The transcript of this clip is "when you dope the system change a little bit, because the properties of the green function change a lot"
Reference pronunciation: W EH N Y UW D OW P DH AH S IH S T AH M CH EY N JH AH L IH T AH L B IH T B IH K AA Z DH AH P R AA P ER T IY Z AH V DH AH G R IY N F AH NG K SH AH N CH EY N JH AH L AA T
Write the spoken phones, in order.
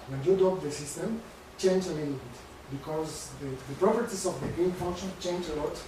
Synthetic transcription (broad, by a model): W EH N Y UW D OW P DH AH S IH S T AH M CH EY N JH AH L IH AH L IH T B IH K AA Z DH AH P R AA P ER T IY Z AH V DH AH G IY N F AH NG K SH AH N CH EY N JH AH L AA T